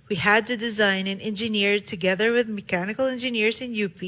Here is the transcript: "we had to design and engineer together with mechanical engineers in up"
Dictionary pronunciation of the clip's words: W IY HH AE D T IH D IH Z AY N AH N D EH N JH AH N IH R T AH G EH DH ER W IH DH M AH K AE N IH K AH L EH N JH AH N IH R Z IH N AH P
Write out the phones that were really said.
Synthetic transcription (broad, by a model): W IY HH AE D T IH D IH Z AY N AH N EH N JH AH N IH R T AH G EH DH ER W IH DH M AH K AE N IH K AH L EH N JH AH N IH R Z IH N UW P